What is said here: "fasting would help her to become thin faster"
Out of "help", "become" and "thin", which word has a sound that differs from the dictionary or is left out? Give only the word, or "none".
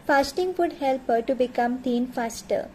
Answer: thin